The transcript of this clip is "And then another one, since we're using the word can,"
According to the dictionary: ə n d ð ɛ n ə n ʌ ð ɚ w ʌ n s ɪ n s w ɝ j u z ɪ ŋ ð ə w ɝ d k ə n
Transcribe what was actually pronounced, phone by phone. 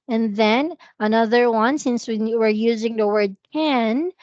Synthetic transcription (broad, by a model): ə n ð ɛ n ə n ʌ ð ɚ w ʌ n s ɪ n s w ɝ j u z ɪ ŋ ð ə w ɝ d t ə n